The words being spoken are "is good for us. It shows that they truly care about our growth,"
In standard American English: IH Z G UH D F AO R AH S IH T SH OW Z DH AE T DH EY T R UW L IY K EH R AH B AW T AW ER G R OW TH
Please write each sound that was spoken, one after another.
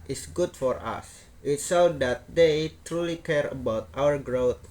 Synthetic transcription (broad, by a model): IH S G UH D F AO R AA S IH T S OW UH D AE T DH EY T R UW L IY K EH R AH B AW T AW ER G R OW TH